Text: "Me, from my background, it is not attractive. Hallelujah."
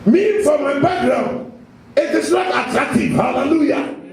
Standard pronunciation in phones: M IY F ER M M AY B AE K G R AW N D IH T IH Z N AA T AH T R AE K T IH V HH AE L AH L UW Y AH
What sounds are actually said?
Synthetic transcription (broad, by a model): M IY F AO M M AY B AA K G R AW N IH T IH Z N AA T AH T R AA K T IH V HH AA L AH L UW Y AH